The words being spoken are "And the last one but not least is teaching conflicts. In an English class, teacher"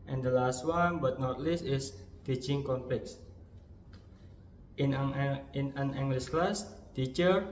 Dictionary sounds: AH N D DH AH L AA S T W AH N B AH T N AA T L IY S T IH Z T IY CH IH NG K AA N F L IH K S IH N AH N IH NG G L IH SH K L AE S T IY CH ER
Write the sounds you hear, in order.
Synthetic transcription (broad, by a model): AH N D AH L AA S T W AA N B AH T N AA T L IY S T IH S T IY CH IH NG K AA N P L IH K S IH N AH N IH NG G L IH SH K L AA S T IY CH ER